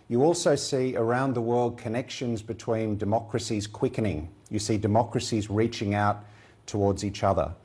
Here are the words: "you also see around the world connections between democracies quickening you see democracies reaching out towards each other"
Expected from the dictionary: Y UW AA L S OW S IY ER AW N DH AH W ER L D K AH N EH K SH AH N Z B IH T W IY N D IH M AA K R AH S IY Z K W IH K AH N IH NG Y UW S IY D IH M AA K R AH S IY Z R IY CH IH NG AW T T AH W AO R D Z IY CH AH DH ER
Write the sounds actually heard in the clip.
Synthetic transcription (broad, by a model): Y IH AA L S OW S IY ER AW N DH AH W ER L D K AH N EH K SH AH N Z B IH T W IY N D IH M AA K R AH S IY Z K W IH K AH N IH NG Y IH S IY D IH M AA K R AH S IY Z R IY CH IH NG AW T T AH W AO R D Z IY CH AH DH ER